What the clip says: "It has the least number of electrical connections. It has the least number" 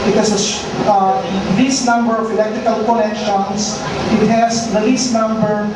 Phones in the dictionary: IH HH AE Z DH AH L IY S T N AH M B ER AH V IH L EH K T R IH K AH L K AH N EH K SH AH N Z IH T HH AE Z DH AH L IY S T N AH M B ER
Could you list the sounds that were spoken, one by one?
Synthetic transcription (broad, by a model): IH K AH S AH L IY S N AH M B ER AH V IH L EH K T R IH K AH L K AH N EH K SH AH N S IH T HH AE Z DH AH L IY S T N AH M B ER